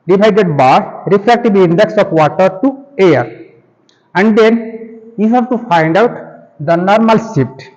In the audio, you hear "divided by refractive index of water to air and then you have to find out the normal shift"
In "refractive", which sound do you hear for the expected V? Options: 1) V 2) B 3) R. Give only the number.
2